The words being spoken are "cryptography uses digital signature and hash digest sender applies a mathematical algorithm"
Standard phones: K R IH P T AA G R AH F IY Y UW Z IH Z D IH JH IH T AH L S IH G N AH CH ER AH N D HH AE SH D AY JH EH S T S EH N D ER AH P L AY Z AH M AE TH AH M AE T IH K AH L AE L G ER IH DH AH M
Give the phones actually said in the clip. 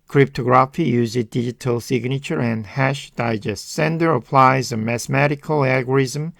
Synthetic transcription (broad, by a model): K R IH P T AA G R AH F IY Y UW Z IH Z D IH JH IH T AH L S IH G N AH CH ER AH N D HH AE SH D AY JH EH S T S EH N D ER AH P L AY Z AH M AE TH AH M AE T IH K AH L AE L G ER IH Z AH M